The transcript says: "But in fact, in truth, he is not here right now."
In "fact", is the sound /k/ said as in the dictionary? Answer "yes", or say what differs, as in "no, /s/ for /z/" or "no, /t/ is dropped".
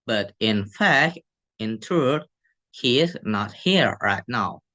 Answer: yes